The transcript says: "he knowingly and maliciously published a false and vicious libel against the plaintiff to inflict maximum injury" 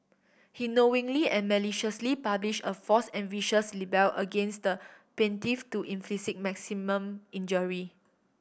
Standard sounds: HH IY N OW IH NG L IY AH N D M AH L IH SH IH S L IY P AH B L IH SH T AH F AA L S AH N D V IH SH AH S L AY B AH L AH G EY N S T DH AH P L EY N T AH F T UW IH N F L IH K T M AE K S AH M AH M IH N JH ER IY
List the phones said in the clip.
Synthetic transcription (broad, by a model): HH IY N OW IH NG L IY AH N M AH L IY SH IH S L IY P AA B L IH SH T AH F AA S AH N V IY SH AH S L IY B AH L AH G EY N S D AH P EY N T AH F T UW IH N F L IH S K M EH K S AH M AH M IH N JH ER IY